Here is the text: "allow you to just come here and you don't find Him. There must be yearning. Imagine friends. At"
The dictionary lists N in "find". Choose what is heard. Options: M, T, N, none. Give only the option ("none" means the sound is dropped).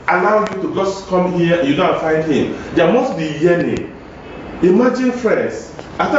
N